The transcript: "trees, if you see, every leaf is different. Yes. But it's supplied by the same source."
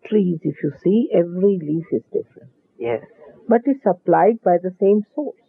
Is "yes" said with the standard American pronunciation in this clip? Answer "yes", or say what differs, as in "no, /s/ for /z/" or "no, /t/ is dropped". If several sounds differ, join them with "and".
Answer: no, /s/ is dropped